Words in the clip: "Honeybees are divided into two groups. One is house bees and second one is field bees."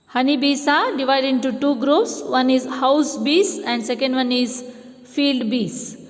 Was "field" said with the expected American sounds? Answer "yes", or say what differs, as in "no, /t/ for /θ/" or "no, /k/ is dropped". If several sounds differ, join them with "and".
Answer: yes